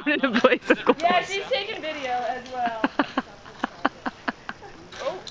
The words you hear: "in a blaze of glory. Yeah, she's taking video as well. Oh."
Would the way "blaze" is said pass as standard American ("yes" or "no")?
no